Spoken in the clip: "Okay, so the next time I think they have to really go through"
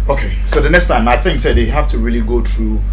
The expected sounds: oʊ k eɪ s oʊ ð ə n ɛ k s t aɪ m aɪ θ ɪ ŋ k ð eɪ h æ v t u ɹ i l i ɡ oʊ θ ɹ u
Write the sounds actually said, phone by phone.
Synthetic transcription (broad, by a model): oʊ k eɪ s oʊ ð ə n ɛ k s t aɪ m aɪ θ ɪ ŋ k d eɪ h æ f t u ɹ i l i ɡ oʊ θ ɹ u